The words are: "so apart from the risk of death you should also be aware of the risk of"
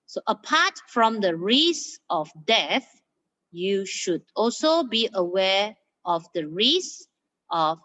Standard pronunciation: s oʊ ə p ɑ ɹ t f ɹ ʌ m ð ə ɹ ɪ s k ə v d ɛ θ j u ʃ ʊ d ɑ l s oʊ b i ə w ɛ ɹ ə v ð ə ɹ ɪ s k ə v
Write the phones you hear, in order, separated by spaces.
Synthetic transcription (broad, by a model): s oʊ ə p ɑ t f ɹ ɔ m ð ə ɹ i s ə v d ɛ θ j u ʃ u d ɑ l s oʊ b i ə w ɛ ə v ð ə ɹ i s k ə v